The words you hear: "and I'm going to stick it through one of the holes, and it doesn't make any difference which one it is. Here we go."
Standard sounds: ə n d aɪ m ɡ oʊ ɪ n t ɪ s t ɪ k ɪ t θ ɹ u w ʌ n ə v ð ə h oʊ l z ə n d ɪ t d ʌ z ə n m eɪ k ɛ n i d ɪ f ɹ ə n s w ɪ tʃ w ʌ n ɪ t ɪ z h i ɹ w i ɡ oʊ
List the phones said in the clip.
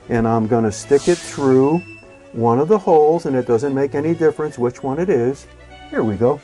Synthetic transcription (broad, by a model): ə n aɪ m ɡ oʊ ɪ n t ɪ s t ɪ k ɪ t θ ɹ u w ʌ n ə v ð ə h oʊ l z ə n ɪ t d ʌ z ə n m eɪ k ɛ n i d ɪ f ɹ ə n s w ɪ tʃ w ʌ n ɪ t ɪ z h i ɹ w i ɡ oʊ